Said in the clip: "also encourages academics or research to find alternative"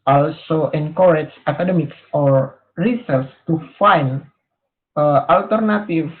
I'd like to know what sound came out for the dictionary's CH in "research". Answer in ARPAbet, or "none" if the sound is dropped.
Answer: S